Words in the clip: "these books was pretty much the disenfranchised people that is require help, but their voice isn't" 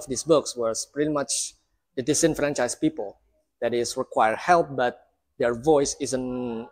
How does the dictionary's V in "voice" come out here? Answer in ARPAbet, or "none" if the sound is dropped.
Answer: V